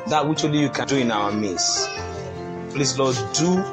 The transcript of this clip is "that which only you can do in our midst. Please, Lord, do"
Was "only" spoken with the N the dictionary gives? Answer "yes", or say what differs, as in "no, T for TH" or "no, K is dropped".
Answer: no, N is dropped